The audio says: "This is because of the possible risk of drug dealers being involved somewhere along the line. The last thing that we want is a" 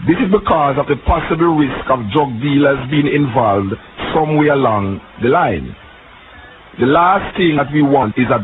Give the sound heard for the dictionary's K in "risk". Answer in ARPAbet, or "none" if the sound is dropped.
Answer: K